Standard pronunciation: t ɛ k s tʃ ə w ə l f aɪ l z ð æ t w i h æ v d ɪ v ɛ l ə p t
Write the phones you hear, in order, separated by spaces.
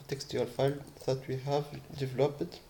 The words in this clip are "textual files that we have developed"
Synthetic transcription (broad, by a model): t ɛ k s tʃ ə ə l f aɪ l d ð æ t w i h æ v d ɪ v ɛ l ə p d